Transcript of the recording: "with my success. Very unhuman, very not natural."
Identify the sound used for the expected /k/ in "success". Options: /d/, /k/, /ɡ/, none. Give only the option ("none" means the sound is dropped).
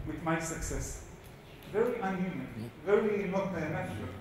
/k/